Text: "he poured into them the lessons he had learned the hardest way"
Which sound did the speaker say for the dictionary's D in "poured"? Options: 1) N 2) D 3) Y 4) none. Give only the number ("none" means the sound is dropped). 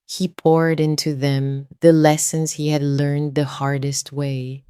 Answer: 2